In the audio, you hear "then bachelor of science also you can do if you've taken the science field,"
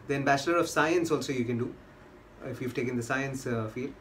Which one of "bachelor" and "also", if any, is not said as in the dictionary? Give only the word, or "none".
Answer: bachelor